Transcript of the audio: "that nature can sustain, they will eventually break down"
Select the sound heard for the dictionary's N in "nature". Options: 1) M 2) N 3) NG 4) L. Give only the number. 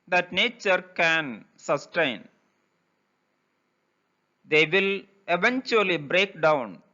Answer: 2